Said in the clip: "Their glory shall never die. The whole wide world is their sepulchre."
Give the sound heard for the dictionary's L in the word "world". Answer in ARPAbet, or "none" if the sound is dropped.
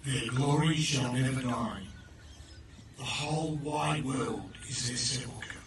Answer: L